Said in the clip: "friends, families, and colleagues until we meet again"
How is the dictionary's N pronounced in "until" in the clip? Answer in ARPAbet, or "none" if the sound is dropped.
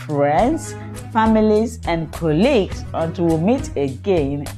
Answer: none